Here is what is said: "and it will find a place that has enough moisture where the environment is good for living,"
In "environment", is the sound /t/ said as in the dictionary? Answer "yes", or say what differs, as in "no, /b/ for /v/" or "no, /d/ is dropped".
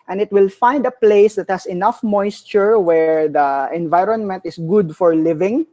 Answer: yes